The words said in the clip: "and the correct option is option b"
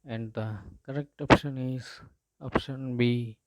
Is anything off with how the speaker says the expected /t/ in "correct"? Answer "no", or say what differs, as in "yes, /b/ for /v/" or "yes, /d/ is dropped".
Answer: no